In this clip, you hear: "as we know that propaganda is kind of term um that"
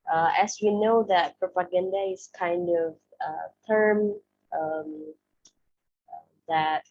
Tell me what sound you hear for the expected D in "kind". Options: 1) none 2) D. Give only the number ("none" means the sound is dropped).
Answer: 2